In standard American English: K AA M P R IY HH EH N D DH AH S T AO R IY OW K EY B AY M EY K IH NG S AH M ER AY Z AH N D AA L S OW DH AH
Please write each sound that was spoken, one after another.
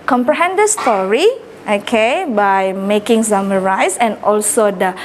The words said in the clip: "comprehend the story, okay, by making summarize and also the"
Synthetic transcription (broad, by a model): K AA M P R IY HH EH N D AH S T AO R IY OW K EY B AY M EY K IH NG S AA M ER AY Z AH N AA L S OW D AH